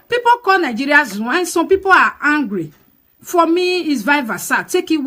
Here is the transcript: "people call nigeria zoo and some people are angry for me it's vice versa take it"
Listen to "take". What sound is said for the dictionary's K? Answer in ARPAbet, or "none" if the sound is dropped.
K